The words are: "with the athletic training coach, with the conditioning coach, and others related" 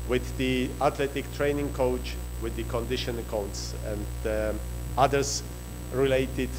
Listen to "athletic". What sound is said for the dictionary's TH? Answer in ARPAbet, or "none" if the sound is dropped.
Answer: T